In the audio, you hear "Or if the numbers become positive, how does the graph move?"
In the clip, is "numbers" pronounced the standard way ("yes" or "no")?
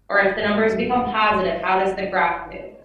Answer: yes